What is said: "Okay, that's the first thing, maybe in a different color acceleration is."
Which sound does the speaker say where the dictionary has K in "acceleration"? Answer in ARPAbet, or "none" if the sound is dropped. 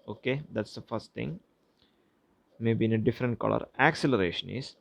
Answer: K